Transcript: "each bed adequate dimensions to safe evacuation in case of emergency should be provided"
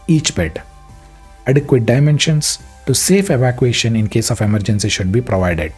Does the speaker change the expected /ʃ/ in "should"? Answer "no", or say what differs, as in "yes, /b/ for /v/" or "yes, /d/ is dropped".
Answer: no